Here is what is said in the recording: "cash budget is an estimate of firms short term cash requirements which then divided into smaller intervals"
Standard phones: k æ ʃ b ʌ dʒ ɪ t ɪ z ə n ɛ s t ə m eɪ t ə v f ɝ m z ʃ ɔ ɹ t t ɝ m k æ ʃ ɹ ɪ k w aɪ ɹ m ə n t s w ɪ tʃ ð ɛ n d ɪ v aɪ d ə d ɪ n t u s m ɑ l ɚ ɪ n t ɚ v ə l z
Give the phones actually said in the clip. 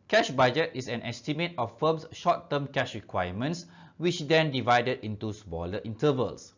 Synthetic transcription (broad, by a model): k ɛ ʃ b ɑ dʒ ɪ t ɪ s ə n ɛ s t ə m eɪ t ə f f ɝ m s ʃ ɔ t t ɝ m k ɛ ʃ ɹ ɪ k w aɪ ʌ m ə n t s w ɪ tʃ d ɛ n d ɪ v aɪ d ə d ɪ n t u s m ɑ l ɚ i n t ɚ v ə l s